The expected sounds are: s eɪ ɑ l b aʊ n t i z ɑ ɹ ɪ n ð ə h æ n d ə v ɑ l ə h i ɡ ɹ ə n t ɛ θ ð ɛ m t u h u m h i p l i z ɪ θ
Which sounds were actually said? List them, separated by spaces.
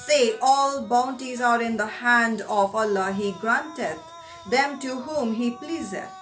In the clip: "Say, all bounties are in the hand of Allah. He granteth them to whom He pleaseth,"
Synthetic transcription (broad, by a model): s eɪ ɑ l b aʊ n t i z ɑ ɹ ɪ n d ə h æ n d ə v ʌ l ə h i ɡ ɹ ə n t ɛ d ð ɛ m t u h u m h i p l i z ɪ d